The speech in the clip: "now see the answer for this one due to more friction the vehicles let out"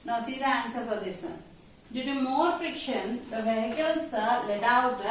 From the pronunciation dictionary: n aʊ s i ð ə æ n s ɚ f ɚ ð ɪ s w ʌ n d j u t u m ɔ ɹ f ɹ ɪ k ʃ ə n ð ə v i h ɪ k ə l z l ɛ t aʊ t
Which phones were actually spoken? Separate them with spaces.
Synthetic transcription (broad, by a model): n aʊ s i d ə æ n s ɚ p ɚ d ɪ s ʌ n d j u t u m ɔ ɹ f ɹ ɪ k ʃ ə n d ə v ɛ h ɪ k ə l s l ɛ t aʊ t